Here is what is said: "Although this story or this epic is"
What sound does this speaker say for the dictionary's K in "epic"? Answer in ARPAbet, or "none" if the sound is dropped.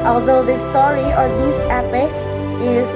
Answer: none